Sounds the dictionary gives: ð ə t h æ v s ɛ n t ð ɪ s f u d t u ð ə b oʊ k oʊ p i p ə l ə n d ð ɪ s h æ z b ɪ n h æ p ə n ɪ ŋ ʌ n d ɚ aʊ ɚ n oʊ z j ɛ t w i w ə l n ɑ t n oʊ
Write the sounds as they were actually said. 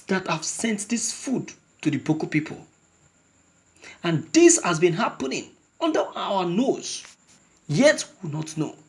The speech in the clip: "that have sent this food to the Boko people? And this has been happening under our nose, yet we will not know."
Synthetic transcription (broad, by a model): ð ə t h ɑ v s ɛ n t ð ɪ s f u d t u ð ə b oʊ k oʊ p i p ə l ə n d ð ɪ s h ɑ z b ɪ n h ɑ p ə n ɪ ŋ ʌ n d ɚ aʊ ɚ n oʊ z j ɛ t w i n ɑ t n oʊ